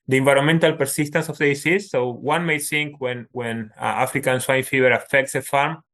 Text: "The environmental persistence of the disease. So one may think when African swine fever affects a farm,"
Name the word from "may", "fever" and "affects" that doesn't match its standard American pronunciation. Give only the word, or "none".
fever